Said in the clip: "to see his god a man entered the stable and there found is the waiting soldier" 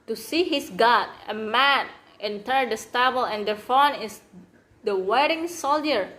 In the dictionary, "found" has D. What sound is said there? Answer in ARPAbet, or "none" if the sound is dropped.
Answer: none